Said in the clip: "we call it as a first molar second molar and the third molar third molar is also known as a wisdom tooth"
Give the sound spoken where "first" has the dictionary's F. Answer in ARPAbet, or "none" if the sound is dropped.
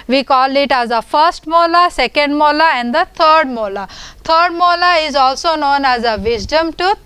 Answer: F